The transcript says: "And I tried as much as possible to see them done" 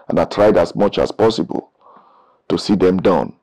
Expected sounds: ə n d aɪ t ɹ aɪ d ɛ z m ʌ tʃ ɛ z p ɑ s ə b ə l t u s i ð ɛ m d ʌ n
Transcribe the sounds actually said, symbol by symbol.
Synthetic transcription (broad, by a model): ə n aɪ t ɹ aɪ d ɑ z m ʌ tʃ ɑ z p ɑ s ə b ə l t u s i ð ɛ m d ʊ n